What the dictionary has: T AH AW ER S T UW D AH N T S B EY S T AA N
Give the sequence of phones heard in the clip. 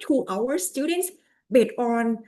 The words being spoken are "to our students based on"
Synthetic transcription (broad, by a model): T AW ER S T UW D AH N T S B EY T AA N